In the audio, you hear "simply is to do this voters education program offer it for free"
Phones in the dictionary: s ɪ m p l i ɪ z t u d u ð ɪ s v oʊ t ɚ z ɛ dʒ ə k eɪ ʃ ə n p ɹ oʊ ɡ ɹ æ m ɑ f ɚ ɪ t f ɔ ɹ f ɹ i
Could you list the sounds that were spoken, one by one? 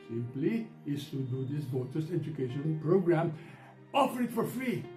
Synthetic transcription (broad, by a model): s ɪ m p l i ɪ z t u d u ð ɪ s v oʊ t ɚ s ɛ dʒ ə k eɪ ʃ ə n p ɹ oʊ ɡ ɹ æ m ɑ f ɚ ɪ t f ɔ ɹ f ɹ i